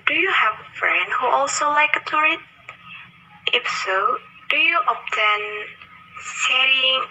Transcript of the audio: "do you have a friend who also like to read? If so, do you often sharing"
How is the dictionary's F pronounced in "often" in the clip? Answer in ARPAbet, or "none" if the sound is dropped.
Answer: P